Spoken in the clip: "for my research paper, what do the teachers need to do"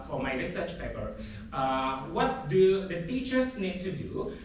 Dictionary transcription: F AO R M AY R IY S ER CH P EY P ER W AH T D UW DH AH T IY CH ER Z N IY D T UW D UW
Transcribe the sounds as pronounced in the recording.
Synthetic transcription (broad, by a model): F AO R M AY R IY S ER CH P EY P ER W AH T D UW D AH T IY CH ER S N IY D T UW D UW